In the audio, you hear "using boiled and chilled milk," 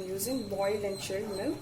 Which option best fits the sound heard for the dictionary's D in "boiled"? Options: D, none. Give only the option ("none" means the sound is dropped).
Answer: none